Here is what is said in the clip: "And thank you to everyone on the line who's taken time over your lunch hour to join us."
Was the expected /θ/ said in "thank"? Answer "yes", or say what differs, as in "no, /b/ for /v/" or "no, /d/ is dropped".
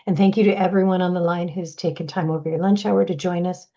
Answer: yes